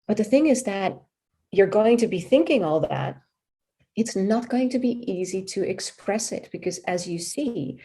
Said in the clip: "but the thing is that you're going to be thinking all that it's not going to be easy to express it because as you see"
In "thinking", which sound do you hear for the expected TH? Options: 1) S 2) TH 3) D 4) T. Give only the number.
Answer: 2